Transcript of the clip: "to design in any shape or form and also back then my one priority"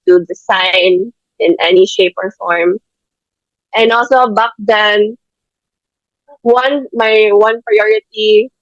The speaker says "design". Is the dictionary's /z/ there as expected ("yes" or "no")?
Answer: no